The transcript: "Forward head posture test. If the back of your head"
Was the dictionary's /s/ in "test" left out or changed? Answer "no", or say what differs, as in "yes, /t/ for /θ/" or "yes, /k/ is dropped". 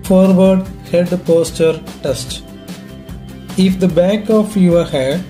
no